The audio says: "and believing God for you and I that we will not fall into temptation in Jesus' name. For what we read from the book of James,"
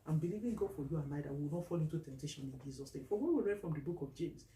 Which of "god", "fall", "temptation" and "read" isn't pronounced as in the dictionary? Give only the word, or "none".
none